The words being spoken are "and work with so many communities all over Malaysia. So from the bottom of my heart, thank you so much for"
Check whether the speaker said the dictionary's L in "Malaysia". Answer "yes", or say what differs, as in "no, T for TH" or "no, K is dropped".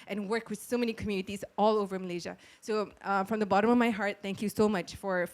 yes